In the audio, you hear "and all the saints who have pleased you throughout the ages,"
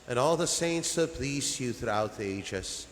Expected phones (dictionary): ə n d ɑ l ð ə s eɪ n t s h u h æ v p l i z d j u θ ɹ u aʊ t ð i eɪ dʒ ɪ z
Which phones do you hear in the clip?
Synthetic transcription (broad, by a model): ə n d ɑ l ð ə s eɪ n t s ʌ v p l i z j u θ ɹ u aʊ t ð i eɪ dʒ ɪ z